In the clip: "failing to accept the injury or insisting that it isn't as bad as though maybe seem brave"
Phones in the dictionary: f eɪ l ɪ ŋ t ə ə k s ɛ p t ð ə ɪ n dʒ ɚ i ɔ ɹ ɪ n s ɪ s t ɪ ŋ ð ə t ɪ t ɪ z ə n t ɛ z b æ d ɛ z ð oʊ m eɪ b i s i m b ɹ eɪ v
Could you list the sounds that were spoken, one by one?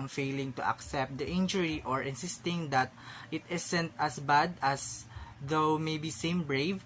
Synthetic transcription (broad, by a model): f eɪ l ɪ ŋ t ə ə k s ɛ p t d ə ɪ n dʒ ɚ i ɔ ɹ ɪ n s ɪ s t ɪ ŋ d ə t ɪ t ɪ s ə n t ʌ s b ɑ d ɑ s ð oʊ m eɪ b i s i m b ɹ eɪ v